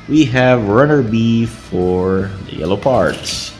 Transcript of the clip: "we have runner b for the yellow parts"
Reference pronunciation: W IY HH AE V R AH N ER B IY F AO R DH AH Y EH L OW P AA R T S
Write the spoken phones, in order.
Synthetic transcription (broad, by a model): W IY HH AE V R AH N ER B IY F AO R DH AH Y EH L OW P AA R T S